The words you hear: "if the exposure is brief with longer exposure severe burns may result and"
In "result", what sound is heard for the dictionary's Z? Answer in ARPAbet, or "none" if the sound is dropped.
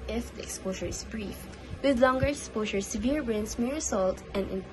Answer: S